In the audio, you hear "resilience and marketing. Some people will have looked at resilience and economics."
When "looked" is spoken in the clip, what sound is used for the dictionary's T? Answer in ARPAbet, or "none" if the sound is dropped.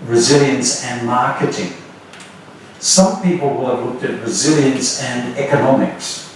T